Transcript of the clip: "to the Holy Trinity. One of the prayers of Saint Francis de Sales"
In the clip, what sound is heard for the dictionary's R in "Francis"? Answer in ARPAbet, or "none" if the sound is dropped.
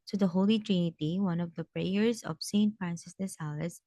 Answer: R